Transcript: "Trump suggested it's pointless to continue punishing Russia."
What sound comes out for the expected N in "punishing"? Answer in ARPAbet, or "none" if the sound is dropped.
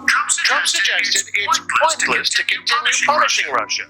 L